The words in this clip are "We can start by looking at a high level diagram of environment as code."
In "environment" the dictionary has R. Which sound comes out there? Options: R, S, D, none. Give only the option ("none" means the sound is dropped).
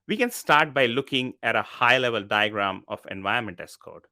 none